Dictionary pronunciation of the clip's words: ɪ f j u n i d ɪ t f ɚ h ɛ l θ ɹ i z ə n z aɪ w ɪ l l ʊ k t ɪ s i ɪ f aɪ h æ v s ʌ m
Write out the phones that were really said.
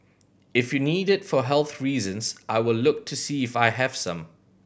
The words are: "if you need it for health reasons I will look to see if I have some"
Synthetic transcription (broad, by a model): ɪ f j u n i d ɪ t f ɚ h ɛ l θ ɹ i z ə n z aɪ w ɪ l l ʊ k t ɪ s i ɪ f aɪ h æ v s ʌ m